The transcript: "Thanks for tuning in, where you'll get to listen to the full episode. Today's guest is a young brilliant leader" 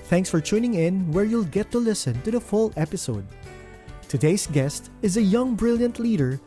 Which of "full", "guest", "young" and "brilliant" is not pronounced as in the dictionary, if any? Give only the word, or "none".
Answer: none